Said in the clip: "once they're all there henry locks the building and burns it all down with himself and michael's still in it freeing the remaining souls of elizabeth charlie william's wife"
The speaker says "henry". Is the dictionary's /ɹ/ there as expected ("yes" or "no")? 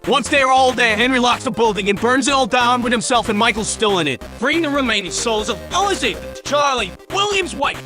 yes